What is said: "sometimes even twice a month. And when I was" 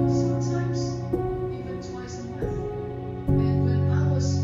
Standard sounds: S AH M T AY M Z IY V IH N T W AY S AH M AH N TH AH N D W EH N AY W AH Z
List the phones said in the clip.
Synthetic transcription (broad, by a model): S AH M T AY M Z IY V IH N T W AY S AH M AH TH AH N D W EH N AY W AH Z